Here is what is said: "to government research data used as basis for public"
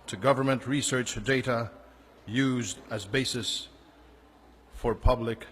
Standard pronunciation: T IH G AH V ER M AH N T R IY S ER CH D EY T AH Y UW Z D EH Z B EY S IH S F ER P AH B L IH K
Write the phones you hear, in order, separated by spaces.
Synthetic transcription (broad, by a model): T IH G AH V ER M AH N T R IY S ER CH D EY T AH Y UW Z D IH Z B EY S IH S F ER P AH B L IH K